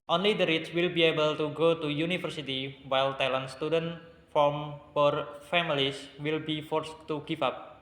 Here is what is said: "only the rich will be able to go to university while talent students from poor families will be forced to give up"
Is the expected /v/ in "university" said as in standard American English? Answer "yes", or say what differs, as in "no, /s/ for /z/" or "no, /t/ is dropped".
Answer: no, /f/ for /v/